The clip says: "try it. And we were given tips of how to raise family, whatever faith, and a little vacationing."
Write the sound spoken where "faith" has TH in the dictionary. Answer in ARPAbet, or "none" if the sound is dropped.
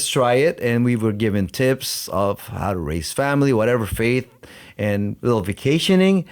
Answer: TH